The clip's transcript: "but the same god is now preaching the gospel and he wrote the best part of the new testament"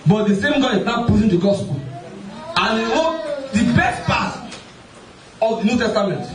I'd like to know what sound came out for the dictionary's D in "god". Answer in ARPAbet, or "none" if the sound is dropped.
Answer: none